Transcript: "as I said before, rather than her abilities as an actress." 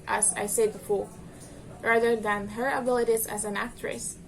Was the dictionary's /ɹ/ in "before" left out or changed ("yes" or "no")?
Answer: yes